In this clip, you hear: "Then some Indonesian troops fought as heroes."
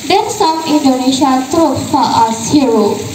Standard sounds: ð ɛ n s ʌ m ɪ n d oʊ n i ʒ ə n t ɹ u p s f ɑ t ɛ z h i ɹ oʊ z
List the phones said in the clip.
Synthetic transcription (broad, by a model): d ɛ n s ʌ m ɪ n d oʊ n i ʃ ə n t ɹ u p f ɑ t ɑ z h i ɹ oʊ